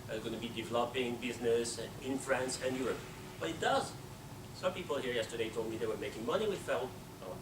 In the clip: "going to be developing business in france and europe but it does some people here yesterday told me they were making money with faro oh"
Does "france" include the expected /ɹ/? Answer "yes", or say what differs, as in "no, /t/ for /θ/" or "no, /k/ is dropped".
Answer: yes